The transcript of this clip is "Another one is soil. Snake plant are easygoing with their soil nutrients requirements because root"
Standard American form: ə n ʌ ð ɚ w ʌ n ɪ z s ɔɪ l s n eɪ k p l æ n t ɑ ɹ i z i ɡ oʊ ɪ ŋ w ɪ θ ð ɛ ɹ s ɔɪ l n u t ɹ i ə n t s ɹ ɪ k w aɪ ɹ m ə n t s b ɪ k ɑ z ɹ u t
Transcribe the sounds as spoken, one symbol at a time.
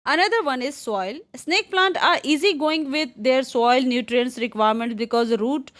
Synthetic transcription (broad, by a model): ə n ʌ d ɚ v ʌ n ɪ z s ɔɪ l s n eɪ k p l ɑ n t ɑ ɹ i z i ɡ oʊ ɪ ŋ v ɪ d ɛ ɹ s ɔɪ l n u t ɹ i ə n s ɹ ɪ k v aɪ ɹ m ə n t b ɪ k ɑ z ɹ u t